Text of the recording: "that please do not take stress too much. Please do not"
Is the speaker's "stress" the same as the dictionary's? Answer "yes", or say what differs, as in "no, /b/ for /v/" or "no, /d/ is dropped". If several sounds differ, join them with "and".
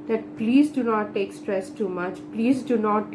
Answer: yes